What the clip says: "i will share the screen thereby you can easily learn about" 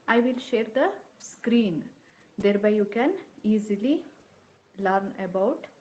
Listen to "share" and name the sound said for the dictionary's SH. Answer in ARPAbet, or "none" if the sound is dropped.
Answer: SH